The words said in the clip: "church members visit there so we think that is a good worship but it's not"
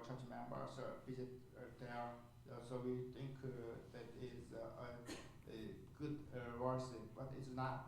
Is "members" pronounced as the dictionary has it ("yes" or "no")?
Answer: no